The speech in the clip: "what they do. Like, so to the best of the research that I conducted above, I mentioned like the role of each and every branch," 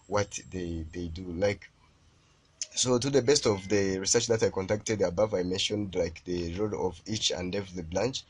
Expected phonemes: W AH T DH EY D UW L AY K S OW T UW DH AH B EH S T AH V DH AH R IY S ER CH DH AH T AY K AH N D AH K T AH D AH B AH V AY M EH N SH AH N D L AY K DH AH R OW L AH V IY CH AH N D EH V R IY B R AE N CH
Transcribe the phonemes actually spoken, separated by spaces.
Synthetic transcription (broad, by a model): W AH T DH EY D UW L AY K S OW T UW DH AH B EH S T AH V DH AH R IY S ER CH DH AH T AY K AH N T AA K T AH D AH B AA V AY M EH N SH AH N D L AY K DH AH R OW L AH V IY CH AH N D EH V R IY B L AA N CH